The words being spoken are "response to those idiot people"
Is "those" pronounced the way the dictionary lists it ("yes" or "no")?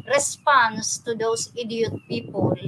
no